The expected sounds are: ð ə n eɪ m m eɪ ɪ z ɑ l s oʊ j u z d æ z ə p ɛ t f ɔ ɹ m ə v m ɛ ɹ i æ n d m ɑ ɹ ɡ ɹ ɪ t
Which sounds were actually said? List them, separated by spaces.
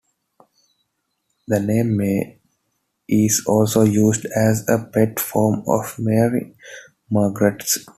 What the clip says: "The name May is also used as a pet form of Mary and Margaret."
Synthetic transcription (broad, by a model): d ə n eɪ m m eɪ ɪ z ɑ l s oʊ j u z d æ z ə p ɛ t f ɔ ɹ m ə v m ɛ ɹ i m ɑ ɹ ɡ ɹ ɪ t